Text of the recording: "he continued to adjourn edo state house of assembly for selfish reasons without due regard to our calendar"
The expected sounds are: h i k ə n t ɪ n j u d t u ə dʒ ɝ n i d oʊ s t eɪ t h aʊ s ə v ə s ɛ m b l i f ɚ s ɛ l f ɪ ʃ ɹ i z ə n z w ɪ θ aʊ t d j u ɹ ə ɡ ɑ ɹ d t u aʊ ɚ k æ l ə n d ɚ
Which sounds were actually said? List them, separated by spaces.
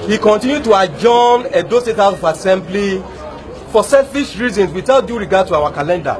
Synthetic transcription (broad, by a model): h i k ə n t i n j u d t u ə dʒ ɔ n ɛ d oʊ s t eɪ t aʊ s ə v ə s ɛ m b l i f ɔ s ɛ l f ɪ ʃ ɹ i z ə n s w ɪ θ aʊ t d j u ɹ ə ɡ ɑ d t u aʊ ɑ k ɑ l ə n d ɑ